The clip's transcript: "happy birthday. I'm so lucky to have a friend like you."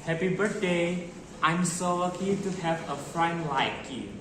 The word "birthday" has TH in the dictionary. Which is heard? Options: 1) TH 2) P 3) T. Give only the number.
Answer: 3